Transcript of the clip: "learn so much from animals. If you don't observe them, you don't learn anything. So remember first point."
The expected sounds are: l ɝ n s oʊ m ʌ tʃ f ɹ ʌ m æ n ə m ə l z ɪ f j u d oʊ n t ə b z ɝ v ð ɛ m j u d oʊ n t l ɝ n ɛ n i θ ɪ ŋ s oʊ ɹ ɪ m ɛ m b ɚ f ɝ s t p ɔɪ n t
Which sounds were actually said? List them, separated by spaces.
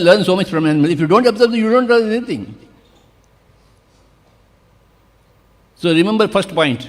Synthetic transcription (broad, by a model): l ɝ n s oʊ m ʌ tʃ f ɹ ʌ m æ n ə m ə l ɪ f j u d oʊ n t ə b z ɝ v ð j u d oʊ n t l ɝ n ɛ n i t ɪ ŋ s oʊ ɹ ɪ m ɛ m b ɚ f ɝ s t p ɔɪ n t